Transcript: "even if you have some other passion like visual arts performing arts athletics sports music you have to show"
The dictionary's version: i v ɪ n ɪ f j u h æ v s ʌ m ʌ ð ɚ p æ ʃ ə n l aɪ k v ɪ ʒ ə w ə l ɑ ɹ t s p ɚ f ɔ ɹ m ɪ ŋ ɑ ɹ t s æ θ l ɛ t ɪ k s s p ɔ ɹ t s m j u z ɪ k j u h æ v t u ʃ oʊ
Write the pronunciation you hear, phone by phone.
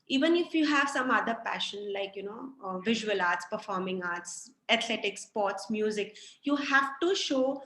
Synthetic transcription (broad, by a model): i v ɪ n ɪ f j u h æ v s ʌ m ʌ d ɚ p æ ʃ ə n l aɪ k v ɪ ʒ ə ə l ɑ ɹ t s p ɚ f ɔ ɹ m ɪ ŋ ɑ ɹ t s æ t l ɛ t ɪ k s s p ɔ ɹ t s m j u z ɪ k j u h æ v t u ʃ oʊ